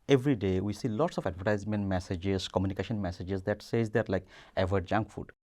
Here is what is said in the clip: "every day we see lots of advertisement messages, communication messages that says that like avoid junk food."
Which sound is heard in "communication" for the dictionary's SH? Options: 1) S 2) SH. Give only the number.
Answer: 2